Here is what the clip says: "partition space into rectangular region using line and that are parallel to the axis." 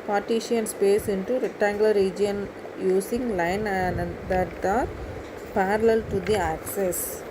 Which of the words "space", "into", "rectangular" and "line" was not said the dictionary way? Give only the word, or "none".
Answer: rectangular